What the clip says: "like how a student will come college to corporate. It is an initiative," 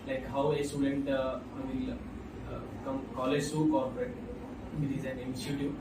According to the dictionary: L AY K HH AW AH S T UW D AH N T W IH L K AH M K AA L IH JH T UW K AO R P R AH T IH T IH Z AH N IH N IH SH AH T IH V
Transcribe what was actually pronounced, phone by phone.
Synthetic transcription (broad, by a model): L AY K HH AW AH S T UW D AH N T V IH L K AH M K AA L IH JH S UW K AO R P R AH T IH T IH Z AH N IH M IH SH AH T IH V